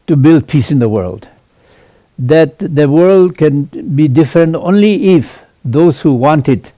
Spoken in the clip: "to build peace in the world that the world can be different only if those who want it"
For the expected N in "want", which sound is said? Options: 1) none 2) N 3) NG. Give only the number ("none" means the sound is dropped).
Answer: 2